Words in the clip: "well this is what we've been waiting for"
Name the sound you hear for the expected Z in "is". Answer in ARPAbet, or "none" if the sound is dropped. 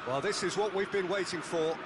Z